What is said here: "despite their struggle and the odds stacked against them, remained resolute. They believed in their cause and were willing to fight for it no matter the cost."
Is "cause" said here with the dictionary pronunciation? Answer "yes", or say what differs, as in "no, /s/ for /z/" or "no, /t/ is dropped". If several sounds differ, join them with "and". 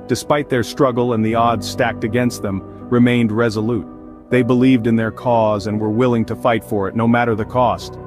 yes